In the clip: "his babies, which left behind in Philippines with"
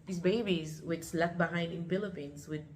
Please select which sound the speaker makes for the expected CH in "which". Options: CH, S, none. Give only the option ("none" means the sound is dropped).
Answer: S